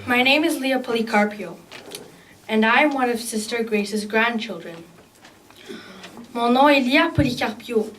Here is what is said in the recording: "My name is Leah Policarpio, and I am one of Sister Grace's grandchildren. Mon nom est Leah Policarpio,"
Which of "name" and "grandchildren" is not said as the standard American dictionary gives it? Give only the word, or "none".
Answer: none